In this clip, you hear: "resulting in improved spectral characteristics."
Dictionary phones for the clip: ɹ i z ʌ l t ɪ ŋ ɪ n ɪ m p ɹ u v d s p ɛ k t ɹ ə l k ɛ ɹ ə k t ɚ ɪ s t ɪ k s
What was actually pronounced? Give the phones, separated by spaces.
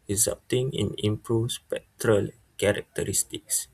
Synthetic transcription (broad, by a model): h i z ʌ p t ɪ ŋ ɪ n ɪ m p ɹ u s p ɛ k t ɹ ə l k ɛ ɹ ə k t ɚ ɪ s t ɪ k s